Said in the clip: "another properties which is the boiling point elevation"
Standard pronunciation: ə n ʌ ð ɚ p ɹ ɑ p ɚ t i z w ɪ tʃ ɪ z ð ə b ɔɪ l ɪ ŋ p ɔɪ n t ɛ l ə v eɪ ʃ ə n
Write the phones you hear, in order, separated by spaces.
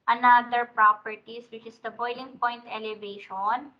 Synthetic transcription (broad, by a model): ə n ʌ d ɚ p ɹ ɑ p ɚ t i s w ɪ tʃ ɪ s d ə b ɔɪ l ɪ ŋ p ɔɪ n t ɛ l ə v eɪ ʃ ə n